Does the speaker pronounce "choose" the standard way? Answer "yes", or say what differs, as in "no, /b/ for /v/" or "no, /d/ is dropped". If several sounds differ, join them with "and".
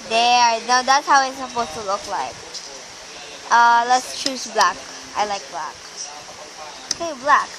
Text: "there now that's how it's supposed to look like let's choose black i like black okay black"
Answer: no, /s/ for /z/